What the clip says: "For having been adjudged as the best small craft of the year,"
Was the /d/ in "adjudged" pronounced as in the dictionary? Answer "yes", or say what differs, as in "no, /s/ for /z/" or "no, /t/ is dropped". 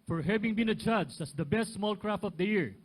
no, /d/ is dropped